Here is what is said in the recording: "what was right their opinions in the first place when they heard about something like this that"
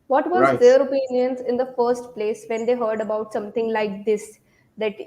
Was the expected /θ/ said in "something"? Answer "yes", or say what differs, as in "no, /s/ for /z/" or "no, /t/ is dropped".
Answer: no, /t/ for /θ/